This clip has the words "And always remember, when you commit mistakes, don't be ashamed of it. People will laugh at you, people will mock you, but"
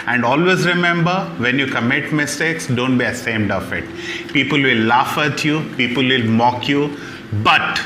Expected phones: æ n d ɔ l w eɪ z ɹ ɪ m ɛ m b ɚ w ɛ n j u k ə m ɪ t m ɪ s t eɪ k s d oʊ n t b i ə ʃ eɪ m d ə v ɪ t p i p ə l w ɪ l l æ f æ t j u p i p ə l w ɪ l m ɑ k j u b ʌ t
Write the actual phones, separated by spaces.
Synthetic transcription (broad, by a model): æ n d ɔ l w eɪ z ɹ ɪ m ɛ m b ɚ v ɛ n j u k ə m ɪ t m ɪ s t eɪ k s d oʊ n t b i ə s eɪ m d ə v ɪ t p i p ə l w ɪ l l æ f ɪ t j u p i p ə l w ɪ l m ɑ k j u b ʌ t